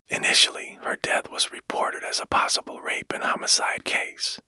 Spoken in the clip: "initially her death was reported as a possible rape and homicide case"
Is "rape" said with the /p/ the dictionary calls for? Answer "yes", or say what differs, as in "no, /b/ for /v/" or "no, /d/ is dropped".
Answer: yes